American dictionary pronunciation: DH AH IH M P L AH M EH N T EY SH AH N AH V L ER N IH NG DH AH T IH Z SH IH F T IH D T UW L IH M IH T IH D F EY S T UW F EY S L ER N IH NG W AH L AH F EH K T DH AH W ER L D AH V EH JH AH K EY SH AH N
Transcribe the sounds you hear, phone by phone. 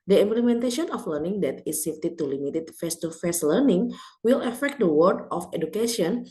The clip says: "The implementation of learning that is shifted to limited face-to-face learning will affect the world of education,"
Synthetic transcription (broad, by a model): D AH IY M P L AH M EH N T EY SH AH N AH F L ER N IH NG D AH T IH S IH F T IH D T UW L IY M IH T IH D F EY S T UW F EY S L ER N IH NG W AH L AH F EH K T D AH W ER D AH F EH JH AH K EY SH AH N